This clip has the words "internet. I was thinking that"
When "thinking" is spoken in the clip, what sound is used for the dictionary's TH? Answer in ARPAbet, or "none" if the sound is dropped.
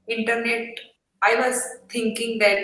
T